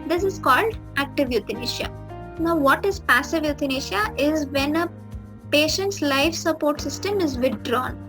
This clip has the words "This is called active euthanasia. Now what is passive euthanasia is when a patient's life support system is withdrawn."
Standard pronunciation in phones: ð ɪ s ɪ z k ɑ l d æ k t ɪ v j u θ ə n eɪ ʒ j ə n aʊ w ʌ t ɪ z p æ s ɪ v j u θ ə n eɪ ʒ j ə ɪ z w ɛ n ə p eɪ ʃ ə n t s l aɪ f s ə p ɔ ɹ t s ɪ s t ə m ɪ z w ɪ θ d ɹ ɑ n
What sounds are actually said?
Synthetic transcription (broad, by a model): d ɪ s ɪ z k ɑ l d æ k t ɪ v j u t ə n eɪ ʃ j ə n aʊ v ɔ t ɪ z p æ s ɪ v j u t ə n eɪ ʃ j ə ɪ z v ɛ n ə p eɪ ʃ ə n t s l aɪ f s ə p ɔ ɹ t s ɪ s t ə m ɪ z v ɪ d ɹ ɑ n